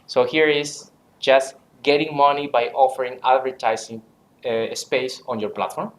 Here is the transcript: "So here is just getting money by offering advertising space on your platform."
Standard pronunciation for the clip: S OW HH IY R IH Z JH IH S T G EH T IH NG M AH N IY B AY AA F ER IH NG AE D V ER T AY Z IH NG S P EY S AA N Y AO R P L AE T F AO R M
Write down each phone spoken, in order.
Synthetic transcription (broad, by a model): S OW HH IY R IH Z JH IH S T G EH T IH NG M AH N IY B AY AA F ER IH NG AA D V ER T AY S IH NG S P EY S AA N Y AO R P L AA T F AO R M